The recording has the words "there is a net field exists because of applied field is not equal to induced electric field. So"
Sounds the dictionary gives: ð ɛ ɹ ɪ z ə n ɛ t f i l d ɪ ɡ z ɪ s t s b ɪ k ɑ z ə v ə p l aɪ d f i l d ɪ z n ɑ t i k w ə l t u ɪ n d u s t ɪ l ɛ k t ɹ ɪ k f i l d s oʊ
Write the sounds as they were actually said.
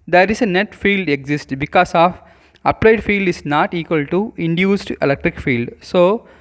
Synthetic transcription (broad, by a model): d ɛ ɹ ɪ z ə n ɛ t f i l d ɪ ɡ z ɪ s t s b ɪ k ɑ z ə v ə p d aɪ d f i l d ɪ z n ɑ t i k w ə l t u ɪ n d u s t ɪ l ɛ k t ɹ ɪ k f i l d s oʊ